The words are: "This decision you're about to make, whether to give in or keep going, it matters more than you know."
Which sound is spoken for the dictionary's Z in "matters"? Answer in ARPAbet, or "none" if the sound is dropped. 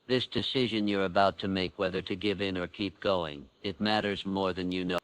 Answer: Z